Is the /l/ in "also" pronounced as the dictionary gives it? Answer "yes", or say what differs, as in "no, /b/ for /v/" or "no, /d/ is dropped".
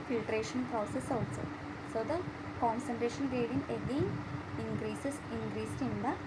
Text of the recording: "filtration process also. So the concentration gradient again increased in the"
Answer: no, /l/ is dropped